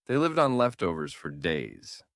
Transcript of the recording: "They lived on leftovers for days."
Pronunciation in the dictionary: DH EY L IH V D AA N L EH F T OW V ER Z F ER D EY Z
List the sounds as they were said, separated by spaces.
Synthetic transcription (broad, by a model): DH EY L IH V D N L EH F T OW V ER Z F ER D EY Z